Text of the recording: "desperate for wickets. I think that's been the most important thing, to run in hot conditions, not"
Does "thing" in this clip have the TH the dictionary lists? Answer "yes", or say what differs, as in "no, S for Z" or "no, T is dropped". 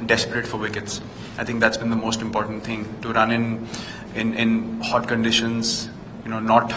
no, T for TH